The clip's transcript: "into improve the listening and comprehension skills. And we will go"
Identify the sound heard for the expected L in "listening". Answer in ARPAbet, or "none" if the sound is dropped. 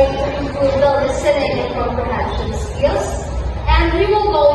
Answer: N